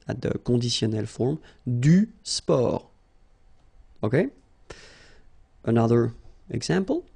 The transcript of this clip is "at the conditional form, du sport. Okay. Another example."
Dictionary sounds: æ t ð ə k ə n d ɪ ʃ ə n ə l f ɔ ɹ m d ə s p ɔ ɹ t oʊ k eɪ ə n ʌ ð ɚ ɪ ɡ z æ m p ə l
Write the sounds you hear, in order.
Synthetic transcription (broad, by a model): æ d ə k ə d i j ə n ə l f ɔ ɹ m d ə s p ɔ ɹ oʊ k eɪ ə n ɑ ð ɚ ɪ ɡ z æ m p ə l